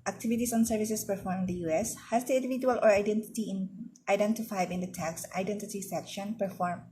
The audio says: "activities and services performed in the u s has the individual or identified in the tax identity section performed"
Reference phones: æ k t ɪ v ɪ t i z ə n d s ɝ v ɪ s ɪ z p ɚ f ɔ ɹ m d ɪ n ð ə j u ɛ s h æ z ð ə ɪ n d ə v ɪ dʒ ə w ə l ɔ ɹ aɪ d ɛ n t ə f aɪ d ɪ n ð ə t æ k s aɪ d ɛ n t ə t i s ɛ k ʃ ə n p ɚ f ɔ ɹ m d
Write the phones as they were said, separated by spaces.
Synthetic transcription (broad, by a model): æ k t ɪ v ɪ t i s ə n s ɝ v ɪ s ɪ s p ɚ f ɔ ɹ m ɪ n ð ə j u ɛ s h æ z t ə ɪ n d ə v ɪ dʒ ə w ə l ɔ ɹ aɪ d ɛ n t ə f aɪ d ɪ n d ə t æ k s aɪ d ɛ n t ə t i s ɛ k ʃ ə n p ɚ f ɔ ɹ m